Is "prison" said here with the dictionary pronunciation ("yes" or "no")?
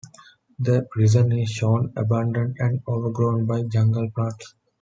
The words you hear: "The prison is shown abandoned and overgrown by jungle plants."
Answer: yes